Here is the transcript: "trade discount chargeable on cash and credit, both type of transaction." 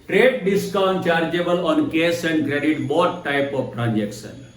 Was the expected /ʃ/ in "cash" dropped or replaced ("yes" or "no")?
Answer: yes